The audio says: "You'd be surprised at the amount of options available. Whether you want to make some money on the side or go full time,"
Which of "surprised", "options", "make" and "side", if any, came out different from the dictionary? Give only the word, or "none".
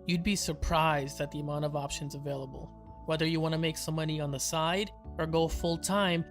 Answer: none